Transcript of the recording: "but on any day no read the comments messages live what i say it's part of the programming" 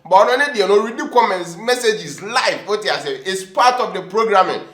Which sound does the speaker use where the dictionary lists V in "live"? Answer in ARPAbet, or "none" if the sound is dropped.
F